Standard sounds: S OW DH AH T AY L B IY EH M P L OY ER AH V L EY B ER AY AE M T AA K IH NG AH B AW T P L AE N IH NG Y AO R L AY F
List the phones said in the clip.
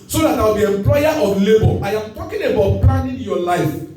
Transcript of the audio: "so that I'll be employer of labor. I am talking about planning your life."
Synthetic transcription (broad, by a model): S OW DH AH T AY W B IY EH M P L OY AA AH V L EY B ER AY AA M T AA K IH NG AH B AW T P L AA N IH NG Y AO L AY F